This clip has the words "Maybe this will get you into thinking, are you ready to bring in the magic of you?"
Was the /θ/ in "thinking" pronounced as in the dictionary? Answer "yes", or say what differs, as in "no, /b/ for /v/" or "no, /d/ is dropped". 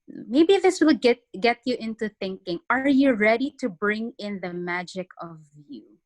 yes